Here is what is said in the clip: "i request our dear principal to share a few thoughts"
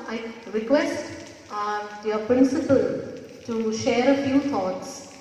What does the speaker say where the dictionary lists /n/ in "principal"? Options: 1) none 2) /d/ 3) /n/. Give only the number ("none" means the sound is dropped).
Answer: 3